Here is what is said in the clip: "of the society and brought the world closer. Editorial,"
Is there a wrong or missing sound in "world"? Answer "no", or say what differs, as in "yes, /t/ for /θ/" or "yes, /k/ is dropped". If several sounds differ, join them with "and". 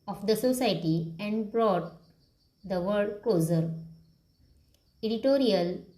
yes, /l/ is dropped